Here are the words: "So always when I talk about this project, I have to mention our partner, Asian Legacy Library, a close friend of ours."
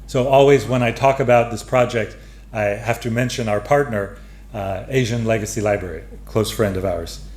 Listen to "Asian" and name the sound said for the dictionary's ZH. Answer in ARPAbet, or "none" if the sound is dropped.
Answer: ZH